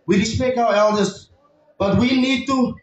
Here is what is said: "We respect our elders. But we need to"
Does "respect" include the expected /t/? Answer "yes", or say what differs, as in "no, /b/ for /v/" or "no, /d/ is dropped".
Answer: no, /t/ is dropped